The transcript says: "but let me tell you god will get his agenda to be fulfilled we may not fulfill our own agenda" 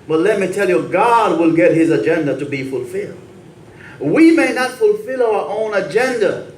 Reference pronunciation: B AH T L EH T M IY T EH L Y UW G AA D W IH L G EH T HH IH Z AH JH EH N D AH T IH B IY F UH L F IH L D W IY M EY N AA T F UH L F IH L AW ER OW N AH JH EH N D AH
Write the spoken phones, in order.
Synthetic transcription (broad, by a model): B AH T L EH T M IY T EH L Y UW G AA D W IH L G EH T HH IH Z AH JH EH N D AH T IH B IY F UH L F IH L D W IY M EY N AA T F UH L F IH L AW ER OW N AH JH EH N D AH